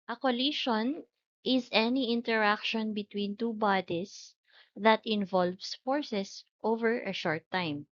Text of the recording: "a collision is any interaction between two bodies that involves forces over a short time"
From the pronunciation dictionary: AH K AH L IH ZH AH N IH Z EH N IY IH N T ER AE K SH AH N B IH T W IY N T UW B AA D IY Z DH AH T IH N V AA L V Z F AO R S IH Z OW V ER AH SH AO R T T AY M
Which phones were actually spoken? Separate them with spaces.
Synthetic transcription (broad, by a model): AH K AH L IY SH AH N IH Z EH N IY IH N T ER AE K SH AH N B IH T W IY N T UW B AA D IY S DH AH T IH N V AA L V S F AO R S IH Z OW V ER AH SH AO R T T AY M